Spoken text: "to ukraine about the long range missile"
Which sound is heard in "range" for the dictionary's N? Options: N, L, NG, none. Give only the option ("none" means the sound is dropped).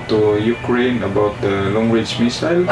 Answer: none